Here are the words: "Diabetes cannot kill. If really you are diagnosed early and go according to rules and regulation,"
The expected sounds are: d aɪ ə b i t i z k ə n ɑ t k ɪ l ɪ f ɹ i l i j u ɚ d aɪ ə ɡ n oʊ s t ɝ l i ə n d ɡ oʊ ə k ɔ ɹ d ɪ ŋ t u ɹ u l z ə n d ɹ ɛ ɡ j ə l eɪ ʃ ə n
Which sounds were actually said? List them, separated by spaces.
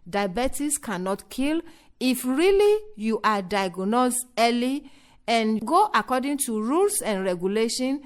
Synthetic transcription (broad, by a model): d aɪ b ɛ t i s k ə n ɑ t k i l ɪ f ɹ i l i j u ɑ d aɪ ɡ n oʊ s ɝ l i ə n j ɡ oʊ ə k ɔ d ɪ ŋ t u ɹ u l s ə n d ɹ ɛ ɡ j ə l eɪ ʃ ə n